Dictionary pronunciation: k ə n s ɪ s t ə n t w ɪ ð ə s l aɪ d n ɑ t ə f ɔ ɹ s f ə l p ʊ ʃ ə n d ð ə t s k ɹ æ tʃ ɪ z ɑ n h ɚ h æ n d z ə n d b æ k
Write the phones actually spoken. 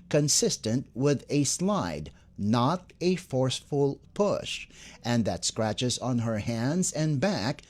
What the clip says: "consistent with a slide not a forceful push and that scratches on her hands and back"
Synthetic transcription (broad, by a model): k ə n s ɪ s t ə n t w ɪ ð ə s l aɪ d n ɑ t ə f ɔ ɹ s f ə l p ʊ ʃ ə n ð ə t s k ɹ æ tʃ ɪ z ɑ n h ɚ h æ n d z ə n b æ k